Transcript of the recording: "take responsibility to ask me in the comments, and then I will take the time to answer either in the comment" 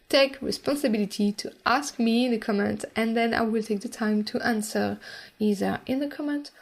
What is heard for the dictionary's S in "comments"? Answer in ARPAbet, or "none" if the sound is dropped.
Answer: none